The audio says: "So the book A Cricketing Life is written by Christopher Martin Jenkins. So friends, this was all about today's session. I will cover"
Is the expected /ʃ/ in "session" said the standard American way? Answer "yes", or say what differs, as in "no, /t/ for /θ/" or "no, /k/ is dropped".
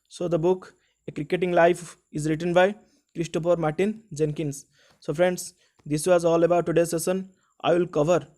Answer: no, /s/ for /ʃ/